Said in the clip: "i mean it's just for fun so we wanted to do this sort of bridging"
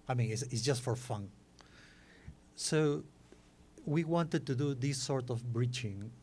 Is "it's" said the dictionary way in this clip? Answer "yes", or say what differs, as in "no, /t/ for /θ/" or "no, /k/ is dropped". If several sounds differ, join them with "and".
no, /s/ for /t/